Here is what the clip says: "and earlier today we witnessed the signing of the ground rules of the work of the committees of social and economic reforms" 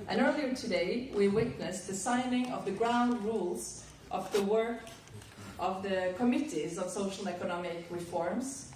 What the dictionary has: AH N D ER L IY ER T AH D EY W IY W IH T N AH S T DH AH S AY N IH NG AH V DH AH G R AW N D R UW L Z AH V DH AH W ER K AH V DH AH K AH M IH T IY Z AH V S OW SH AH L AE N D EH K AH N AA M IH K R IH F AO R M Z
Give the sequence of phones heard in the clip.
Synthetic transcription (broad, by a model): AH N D ER L IY ER T AH D EY W IY W IH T N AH S DH AH S AY N IH NG AH V DH AH G R AW N D R UW L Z AH V DH AH W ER K AH V DH AH K AH M IH T IY Z AH V S OW SH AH L EH K AH N AA M IH K R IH F AO R M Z